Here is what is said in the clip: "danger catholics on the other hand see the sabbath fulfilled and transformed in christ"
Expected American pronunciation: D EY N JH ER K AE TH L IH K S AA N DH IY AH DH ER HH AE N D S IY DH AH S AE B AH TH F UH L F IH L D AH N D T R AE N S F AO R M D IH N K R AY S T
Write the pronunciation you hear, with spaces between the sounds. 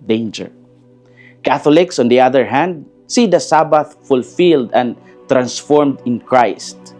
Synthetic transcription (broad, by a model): D EY N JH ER K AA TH L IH K S AA N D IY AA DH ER HH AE N D S IY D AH S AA B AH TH F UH L F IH L D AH N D T R AE N S F AO R M D IH N K R AY S T